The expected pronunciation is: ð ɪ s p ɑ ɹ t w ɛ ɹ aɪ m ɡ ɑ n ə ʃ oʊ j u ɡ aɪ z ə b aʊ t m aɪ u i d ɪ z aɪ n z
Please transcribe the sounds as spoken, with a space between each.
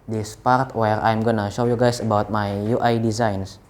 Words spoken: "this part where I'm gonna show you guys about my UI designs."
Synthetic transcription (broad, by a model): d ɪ s p ɑ ɹ t w ɛ ɹ aɪ m ɡ ɑ n ə ʃ oʊ j u ɡ aɪ s ə b aʊ t m aɪ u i d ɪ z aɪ n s